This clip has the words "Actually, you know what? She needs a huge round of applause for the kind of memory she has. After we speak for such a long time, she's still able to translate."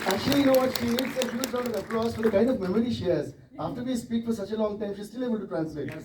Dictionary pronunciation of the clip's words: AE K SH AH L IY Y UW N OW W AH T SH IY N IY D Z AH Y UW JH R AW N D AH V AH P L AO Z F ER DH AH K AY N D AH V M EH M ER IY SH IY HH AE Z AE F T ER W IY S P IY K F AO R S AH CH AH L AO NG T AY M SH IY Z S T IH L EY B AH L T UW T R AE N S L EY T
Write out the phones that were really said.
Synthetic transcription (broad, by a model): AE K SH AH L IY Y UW N OW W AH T SH IY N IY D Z AH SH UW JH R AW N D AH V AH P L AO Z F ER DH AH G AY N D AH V M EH M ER IY SH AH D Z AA F T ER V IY S P IY K F AO R S AH CH AH L AO NG T AY M SH IY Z S T IH L EY B AH L T UW T R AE N S L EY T